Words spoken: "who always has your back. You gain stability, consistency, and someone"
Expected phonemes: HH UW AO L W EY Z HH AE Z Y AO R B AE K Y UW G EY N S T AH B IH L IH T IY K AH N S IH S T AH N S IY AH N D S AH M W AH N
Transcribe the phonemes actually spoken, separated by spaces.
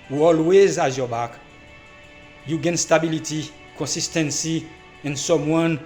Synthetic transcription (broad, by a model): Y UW AO L W EY Z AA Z Y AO B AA K Y UW G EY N S T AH B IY L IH T IY K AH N S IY S T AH N S IY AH N S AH M W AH N